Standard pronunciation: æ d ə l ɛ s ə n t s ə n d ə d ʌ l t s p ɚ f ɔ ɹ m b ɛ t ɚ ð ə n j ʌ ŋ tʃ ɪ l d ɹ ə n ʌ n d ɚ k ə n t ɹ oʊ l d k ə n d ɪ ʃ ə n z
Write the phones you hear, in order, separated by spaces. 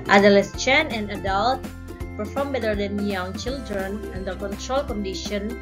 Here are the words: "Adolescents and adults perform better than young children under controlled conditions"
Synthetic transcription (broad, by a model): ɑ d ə l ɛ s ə n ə n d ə d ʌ l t p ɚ f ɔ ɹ m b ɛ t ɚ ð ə n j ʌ ŋ tʃ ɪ l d ɹ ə n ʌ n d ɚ k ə n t ɹ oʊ l k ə n d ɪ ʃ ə n